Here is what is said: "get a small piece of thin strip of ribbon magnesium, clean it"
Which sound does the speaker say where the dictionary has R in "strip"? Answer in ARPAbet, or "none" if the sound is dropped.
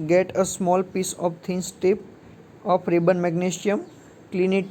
none